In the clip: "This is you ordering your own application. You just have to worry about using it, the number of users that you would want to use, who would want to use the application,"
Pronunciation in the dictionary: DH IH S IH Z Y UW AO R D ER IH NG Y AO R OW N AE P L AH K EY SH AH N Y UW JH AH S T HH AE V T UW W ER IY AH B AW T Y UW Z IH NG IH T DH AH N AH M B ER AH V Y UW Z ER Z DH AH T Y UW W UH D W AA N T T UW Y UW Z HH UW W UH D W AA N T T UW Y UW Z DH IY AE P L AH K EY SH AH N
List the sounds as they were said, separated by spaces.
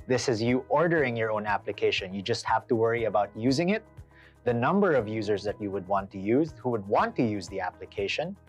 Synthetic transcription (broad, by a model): DH IH S IH Z Y UW AO R D ER IH NG Y AO R OW N AE P L AH K EY SH AH N Y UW JH AH S T HH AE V T UW W ER IY AH B AW T Y UW Z IH NG IH T DH AH N AH M B ER AH V Y UW Z ER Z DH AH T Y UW W UH D W AA N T T UW Y UW Z HH UW W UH D W AA N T T UW Y UW Z DH IY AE P L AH K EY SH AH N